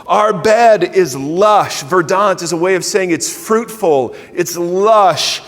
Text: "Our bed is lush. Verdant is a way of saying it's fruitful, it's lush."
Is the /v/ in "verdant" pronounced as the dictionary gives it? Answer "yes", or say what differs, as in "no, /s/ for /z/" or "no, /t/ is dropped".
yes